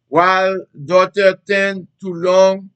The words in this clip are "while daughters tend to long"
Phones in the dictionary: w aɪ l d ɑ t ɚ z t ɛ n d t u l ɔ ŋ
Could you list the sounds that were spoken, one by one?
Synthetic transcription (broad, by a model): w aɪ l d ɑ t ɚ t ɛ n t u l ɔ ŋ